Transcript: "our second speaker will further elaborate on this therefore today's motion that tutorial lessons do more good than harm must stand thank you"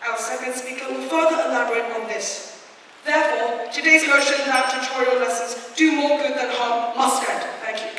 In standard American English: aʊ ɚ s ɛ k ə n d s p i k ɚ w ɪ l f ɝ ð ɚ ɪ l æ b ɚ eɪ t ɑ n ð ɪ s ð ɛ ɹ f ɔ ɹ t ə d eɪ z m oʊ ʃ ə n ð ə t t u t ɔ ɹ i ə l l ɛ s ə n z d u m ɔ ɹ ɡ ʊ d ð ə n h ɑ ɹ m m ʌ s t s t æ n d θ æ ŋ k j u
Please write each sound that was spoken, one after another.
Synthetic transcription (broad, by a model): aʊ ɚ s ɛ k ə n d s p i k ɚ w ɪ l f ɝ ð ɚ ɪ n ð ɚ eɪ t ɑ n ð ɪ s ð ɛ ɹ f ɔ ɹ t ə d eɪ z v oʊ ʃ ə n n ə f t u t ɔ ɹ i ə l l ɛ s ə n z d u m ɔ ɹ ɡ ʊ d ð ə n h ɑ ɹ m m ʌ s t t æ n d θ æ ŋ k j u